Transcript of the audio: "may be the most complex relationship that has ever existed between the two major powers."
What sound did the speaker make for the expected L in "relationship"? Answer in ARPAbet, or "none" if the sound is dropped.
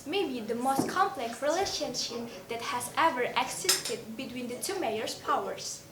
L